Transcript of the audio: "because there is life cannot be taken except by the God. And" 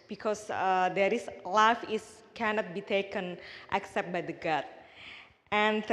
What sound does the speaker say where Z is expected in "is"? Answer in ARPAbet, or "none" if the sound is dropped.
S